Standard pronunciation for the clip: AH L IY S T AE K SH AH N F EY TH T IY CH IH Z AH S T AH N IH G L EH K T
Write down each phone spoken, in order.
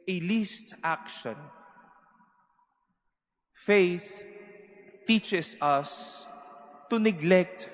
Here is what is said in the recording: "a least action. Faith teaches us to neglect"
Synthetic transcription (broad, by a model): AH L IY S T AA K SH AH N F EY TH T IY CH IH S AH S T AH N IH G L EH K T